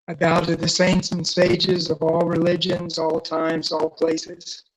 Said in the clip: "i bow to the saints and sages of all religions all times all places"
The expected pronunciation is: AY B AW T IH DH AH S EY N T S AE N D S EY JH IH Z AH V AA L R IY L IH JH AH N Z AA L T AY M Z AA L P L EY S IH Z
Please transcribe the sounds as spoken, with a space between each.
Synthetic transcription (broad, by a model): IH B AW T IH DH AH S EY N T S N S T EY JH IH Z AH V AA L R IY L IH JH AH N Z AA L T AY M Z AA L P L EY S IH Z